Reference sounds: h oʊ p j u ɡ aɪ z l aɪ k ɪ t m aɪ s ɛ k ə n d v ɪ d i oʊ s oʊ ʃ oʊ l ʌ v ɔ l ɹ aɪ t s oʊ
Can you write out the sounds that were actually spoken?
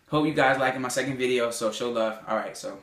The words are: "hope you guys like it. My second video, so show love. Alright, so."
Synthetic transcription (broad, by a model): h oʊ p j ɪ ɡ aɪ z l aɪ k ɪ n m aɪ s ɛ k ə n d v ɪ d i oʊ s oʊ ʃ oʊ l ʌ v ɔ l ɹ aɪ t s oʊ